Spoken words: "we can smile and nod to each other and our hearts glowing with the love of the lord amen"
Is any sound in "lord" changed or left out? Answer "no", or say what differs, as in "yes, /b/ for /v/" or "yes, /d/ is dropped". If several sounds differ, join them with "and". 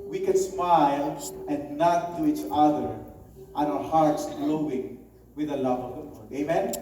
yes, /w/ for /l/